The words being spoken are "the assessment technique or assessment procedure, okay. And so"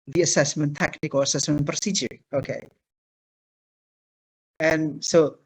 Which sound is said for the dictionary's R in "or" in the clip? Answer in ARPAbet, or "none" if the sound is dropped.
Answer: L